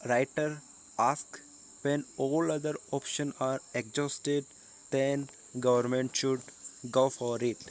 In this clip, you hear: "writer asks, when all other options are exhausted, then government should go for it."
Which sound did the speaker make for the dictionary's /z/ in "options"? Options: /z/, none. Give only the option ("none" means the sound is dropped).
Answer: none